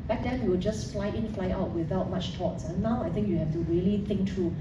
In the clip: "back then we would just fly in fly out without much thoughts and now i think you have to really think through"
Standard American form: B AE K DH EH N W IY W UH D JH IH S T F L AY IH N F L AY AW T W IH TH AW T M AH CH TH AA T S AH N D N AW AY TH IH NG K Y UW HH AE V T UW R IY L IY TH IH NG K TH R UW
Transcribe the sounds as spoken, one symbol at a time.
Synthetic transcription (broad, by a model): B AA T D EH N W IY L JH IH S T F L AY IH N F L AY AW T W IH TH AW T M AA CH T AA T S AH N N AW AY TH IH NG K Y UW HH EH F T UW R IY L IY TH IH NG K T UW